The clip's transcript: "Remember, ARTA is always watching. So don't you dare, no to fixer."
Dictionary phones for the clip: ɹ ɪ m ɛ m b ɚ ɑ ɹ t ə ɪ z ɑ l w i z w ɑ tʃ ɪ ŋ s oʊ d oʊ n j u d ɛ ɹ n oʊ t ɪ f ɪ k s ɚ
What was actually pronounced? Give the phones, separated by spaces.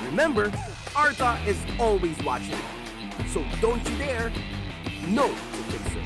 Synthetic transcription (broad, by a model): ɹ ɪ m ɛ m b ɚ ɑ ɹ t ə ɪ z ɑ l w i z w ɑ tʃ ɪ ŋ s oʊ d oʊ n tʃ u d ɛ ɹ n oʊ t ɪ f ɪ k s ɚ